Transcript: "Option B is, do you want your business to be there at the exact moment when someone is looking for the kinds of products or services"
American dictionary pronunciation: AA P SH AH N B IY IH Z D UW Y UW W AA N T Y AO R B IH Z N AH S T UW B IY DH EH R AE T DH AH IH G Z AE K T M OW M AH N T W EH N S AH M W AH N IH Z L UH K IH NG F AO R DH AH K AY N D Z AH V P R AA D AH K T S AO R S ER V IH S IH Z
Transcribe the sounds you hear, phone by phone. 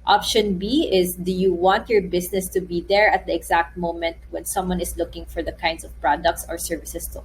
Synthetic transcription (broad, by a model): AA P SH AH N B IY IH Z D UW Y UW W AA N T Y AO R B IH S N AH S T UW B IY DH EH R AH T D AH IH G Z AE K T M OW M AH N T W EH N S AH M W AH N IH S L UH K IH NG F AO R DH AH K AY N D S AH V P R AA D AH K T S AO R S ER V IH S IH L